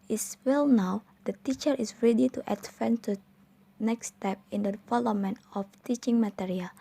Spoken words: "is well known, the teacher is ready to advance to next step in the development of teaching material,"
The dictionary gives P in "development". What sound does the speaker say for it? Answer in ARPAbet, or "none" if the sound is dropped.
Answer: none